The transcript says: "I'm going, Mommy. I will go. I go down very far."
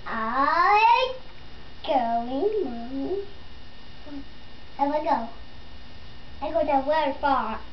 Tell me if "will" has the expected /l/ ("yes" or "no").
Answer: no